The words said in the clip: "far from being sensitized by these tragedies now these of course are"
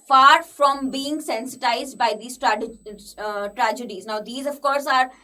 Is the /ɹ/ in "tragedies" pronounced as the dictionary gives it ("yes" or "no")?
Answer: yes